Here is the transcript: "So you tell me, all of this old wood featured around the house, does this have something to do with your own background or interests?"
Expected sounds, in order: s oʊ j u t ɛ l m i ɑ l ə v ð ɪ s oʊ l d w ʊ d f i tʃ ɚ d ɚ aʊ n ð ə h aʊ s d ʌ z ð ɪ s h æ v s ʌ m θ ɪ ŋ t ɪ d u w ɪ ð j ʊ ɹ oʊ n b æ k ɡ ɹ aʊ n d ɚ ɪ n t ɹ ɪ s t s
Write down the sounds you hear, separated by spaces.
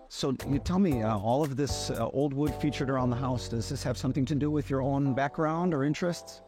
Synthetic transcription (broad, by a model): s oʊ j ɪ t ɛ l m i ɑ l ə v ð ɪ s oʊ l d w ʊ d f i tʃ ɚ d ɚ aʊ n ð ə h aʊ s d ʌ z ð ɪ s h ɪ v s ʌ m θ ɪ ŋ t ɪ d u w ɪ ð j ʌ ɹ oʊ n b æ k ɡ ɹ aʊ n d ɚ ɪ n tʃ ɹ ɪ s t s